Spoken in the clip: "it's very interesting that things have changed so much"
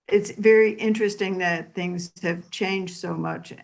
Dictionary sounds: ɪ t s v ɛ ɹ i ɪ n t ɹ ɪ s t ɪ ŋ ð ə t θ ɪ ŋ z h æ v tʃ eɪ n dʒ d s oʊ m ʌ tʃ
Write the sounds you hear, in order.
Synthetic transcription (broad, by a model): ɪ t s v ɛ ɹ i ɪ n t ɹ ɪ s t ɪ ŋ ð ə t θ ɪ ŋ z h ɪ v tʃ eɪ n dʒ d s oʊ m ʌ tʃ